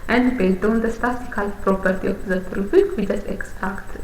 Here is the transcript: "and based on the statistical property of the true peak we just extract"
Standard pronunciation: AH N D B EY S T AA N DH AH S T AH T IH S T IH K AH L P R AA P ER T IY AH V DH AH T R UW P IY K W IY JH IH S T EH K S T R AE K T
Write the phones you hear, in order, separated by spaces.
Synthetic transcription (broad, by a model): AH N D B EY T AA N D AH S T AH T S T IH K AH L P R AA P ER T IY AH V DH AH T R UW F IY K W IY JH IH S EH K S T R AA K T